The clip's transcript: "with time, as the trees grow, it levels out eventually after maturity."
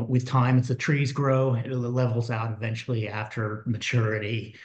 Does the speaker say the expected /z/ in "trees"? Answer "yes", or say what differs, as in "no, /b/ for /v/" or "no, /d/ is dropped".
yes